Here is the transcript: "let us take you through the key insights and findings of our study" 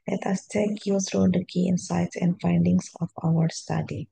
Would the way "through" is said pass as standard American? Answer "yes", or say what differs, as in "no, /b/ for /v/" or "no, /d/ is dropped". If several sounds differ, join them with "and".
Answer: no, /s/ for /θ/